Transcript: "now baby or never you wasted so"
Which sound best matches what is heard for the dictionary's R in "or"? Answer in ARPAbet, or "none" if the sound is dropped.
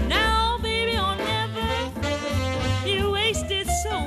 L